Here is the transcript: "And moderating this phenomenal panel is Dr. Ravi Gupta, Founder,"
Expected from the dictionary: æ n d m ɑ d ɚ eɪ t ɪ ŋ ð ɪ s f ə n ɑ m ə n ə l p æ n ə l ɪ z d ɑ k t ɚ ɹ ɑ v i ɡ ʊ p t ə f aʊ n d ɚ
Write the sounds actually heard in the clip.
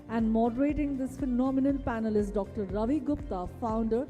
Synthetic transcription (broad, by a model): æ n d m ɑ d ɚ eɪ t ɪ ŋ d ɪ s f ə n ɑ m ə n ə l p æ n ə l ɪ s d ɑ k t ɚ ɹ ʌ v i ɡ ʊ p t ə f aʊ n d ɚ